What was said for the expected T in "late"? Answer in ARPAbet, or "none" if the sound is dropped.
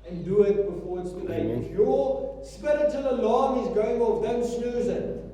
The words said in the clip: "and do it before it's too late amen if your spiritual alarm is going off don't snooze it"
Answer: none